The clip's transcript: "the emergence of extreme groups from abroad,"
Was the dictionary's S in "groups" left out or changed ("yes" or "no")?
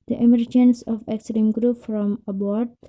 yes